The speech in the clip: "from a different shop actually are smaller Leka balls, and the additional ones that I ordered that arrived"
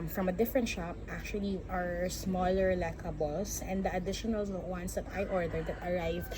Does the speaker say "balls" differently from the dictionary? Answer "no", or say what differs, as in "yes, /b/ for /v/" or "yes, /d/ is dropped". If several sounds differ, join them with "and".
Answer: yes, /s/ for /z/